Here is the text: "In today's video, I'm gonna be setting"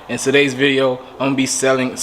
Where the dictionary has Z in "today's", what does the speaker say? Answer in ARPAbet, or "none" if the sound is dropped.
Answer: Z